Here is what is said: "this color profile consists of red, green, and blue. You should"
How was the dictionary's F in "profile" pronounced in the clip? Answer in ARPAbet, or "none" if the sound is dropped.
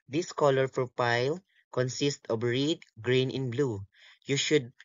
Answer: P